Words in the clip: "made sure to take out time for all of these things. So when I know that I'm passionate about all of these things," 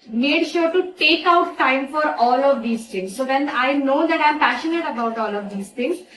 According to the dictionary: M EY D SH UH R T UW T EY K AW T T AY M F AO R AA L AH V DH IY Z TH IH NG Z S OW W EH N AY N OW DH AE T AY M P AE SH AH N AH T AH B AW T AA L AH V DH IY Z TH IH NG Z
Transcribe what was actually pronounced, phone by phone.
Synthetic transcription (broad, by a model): M EY D SH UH R T UW T EY K AW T T AY M F AO R AA L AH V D IY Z T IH NG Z S OW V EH N AY N OW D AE T AY M P AE SH AH N AH T AH B AW T AA L AH V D IY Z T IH NG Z